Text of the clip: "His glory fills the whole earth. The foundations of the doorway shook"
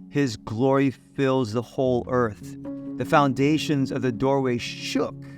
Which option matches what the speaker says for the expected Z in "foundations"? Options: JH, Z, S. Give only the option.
Z